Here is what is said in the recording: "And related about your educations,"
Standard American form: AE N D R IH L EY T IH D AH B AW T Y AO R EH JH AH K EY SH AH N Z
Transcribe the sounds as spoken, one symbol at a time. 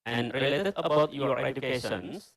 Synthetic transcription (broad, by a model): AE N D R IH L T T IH AH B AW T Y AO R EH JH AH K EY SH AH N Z